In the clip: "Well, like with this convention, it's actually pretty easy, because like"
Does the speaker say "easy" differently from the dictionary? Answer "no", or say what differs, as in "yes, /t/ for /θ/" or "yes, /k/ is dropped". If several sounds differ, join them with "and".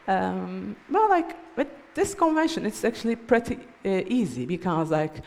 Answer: no